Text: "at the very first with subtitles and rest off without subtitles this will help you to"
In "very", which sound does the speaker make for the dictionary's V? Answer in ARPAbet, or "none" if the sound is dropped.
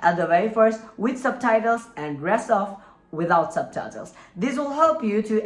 W